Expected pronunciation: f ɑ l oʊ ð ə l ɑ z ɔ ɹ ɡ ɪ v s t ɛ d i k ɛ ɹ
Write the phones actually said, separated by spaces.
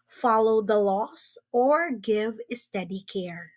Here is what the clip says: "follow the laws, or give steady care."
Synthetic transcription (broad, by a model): f ɑ l oʊ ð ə l ɑ s ɔ ɹ ɡ ɪ v s t ɛ d i k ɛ ɹ